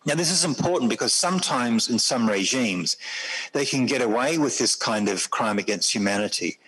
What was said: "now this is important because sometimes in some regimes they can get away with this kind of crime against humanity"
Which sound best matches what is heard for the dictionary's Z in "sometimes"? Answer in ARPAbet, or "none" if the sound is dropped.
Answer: Z